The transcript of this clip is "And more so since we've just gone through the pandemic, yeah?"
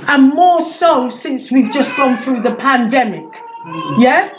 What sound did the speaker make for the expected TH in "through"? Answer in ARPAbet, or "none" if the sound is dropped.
TH